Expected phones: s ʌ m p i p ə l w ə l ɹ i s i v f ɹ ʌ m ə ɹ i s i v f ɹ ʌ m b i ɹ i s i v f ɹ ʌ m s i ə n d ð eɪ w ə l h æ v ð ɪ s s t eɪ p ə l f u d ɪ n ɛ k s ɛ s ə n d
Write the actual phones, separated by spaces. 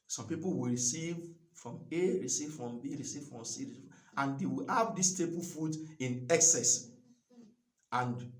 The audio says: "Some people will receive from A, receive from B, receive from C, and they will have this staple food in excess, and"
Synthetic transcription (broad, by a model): s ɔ m p i p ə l w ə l ɹ i s i v f ɹ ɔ m ə ɹ i s i v f ɹ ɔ m b i ɹ i s i v f ɹ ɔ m s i ə n d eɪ w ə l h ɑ v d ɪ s s t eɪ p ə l f u d ɪ n ɛ k s ɛ s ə n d